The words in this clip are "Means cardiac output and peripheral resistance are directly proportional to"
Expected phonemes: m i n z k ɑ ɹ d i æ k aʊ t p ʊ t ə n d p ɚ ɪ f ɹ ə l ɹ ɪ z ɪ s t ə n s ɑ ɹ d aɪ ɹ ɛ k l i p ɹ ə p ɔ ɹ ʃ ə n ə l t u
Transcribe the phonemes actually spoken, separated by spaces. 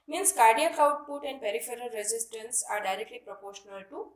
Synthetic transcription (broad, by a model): m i n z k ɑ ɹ d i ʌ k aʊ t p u t ə n d p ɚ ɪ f ɹ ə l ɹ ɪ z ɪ s t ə n s ɑ ɹ d aɪ ɹ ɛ k l i p ɹ ə p ɔ ɹ ʃ ə n ə l t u